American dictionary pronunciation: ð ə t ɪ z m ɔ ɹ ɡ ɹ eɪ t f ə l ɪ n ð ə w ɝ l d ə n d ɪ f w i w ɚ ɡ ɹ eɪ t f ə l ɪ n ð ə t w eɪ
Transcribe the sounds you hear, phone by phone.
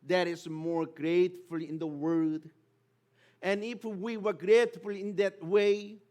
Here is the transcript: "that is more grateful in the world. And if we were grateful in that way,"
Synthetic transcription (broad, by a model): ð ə t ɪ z m ɔ ɹ ɡ ɹ eɪ t f ə l ɪ n ð ə w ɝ d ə n ɪ f w i w ɚ ɡ ɹ eɪ t f ə l ɪ n ð ə t w eɪ